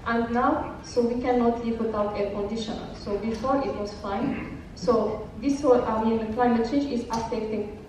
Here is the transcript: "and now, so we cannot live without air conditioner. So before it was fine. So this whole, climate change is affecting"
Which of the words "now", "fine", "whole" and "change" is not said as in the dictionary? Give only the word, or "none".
whole